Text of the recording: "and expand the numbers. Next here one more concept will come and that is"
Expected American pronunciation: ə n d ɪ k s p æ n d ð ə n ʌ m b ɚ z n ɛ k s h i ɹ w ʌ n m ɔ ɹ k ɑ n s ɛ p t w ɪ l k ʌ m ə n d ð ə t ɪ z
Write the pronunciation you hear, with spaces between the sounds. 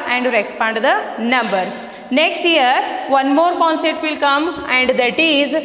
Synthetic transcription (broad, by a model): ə n d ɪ k s p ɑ n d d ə n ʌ m b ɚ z n ɛ k s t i ɹ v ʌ n m ɔ ɹ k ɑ n s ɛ t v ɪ l k ʌ m ə n d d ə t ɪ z